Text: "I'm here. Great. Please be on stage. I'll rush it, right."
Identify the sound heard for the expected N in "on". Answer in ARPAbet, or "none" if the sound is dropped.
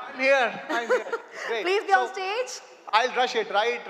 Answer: L